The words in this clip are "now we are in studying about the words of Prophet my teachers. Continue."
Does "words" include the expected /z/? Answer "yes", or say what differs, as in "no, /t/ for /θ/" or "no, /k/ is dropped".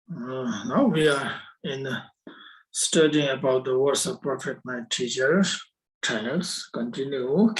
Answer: no, /s/ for /z/